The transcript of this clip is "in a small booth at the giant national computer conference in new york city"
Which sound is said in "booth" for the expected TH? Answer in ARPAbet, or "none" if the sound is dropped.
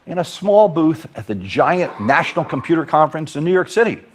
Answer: TH